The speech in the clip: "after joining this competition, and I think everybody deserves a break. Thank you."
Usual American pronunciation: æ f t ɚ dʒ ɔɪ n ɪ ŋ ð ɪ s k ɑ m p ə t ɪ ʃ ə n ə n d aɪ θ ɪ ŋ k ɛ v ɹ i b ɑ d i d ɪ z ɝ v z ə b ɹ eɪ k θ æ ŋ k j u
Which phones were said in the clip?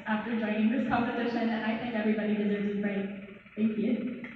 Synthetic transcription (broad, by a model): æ f t ɚ dʒ ɔɪ n ɪ ŋ ð ɪ s k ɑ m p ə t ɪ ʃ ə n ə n aɪ θ ɪ ŋ k ɛ v ɹ i b ɑ d i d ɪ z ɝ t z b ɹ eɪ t θ æ ŋ k j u